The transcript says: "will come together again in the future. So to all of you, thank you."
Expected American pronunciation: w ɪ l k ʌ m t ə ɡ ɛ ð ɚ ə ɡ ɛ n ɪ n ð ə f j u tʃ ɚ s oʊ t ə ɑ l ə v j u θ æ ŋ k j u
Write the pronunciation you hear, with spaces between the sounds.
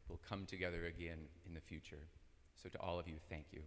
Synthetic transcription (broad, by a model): w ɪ l k ʌ m t ə ɡ ɛ ð ɚ ə ɡ ɛ n ɪ n ð ə f j u tʃ ɚ s oʊ t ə ɑ l ə v j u θ æ ŋ k j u